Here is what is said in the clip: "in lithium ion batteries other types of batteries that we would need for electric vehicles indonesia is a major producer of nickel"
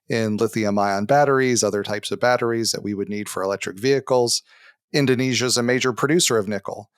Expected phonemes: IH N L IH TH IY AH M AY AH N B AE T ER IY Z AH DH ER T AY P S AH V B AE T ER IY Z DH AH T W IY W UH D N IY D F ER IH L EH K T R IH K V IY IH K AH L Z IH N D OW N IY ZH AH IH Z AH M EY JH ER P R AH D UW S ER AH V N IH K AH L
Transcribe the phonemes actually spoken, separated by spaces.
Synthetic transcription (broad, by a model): IH N L IH TH IY AH M AY AH N B AE T ER IY Z AH DH ER T AY P S AH V B AE T ER IY Z DH AH T W IY W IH D N IY D F ER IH L EH K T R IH K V IY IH K L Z IH N D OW N IY ZH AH IH Z AH M EY JH ER P R AH D UW S ER AH V N IH K L